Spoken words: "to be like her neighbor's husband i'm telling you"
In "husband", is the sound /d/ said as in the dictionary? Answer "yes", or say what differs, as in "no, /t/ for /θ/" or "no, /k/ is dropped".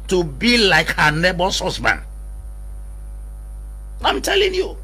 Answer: no, /d/ is dropped